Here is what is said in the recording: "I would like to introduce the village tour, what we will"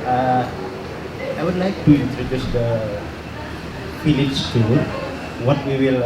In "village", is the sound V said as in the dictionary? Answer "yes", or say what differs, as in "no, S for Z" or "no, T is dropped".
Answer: no, F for V